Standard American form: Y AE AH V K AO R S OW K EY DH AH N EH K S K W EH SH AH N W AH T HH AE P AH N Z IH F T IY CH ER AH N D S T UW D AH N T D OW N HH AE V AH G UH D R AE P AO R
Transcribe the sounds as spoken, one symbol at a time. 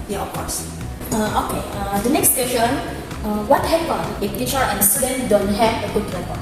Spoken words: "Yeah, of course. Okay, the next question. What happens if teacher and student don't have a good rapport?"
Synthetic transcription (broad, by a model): Y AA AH F K AO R S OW K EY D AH N EH K S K W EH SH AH N W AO T HH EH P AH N IH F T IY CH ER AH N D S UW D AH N D OW N HH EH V AH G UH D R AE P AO